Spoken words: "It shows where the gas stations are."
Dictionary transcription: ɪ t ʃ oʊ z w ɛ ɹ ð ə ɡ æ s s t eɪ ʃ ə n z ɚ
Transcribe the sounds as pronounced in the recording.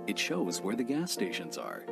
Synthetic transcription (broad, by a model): ɪ t ʃ oʊ z w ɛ ɹ ð ə ɡ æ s s t eɪ ʃ ə n z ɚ